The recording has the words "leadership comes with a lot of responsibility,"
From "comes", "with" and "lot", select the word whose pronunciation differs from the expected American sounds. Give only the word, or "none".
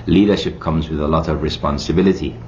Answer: none